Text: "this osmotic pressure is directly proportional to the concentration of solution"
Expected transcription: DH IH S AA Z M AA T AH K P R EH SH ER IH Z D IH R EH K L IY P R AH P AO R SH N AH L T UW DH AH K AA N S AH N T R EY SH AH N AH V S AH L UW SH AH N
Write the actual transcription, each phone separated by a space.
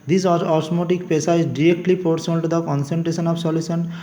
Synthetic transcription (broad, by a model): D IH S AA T M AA T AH K P EH S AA IH Z D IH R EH K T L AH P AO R S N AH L T UW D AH K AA N S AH N T R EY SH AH N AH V S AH L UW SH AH N